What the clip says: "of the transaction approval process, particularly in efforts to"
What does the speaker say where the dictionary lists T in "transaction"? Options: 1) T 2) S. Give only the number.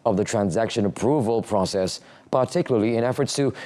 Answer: 1